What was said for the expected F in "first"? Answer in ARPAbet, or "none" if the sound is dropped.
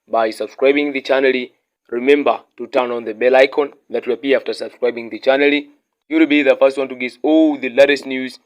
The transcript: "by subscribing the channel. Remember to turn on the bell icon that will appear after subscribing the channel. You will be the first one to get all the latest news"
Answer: F